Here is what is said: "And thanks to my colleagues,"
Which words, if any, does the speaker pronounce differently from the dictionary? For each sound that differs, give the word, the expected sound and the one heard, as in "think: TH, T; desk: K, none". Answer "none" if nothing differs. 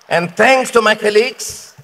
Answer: thanks: TH, T